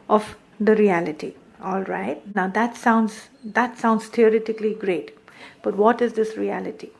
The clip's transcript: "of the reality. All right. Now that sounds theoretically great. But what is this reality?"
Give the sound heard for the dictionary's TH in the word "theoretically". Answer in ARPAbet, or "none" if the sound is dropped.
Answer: T